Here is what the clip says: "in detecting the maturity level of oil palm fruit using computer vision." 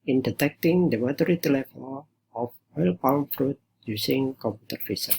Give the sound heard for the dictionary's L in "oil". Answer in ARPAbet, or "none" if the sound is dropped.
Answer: L